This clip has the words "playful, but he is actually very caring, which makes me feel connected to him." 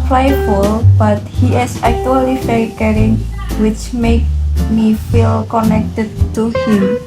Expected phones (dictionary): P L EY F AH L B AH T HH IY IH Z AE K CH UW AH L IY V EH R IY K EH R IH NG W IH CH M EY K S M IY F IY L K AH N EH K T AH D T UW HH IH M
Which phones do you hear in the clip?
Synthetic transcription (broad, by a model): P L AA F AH L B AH T HH IY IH S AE K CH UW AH L IY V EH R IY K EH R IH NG W IH CH M EY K M IY F IY L K AH N EH K T AH D T UW HH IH M